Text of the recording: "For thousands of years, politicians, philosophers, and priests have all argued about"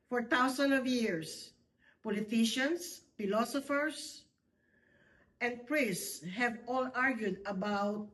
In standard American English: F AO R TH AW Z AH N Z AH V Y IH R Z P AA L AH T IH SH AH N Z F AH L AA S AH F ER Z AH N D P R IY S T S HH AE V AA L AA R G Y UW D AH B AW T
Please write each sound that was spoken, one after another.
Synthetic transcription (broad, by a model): F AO R T AW S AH N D AH V Y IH R S P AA L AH T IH SH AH N S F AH L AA S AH F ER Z AH N D P R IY S S S HH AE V AA L AA R G Y UW D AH B AW T